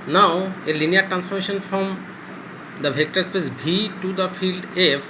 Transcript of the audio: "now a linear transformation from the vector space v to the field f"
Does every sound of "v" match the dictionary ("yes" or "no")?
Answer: no